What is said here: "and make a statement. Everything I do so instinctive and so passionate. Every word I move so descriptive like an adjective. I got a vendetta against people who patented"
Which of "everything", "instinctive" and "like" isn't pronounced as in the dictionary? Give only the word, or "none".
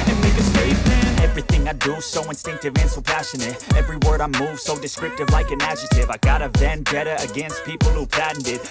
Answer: none